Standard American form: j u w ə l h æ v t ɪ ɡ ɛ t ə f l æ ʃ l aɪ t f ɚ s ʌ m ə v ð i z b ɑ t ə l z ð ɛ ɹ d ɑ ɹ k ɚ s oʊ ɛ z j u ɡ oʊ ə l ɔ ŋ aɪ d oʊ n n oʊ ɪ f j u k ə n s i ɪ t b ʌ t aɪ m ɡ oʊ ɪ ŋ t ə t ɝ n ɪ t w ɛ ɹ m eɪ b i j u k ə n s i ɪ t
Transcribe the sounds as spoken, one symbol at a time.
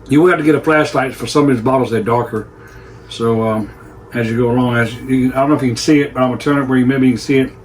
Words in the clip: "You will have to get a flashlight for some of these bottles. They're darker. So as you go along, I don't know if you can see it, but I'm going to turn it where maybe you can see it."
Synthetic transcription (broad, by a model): j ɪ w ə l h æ f t ɪ ɡ ɛ t ə f l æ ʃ l aɪ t f ɚ s ʌ m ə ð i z b ɑ t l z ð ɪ d ɑ ɹ k ɚ s oʊ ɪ z j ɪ ɡ oʊ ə l ɔ ŋ aɪ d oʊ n n oʊ ɪ f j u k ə n s i ɪ t b ʌ t aɪ m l t ə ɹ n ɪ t w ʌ ɹ m eɪ b i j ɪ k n s i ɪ t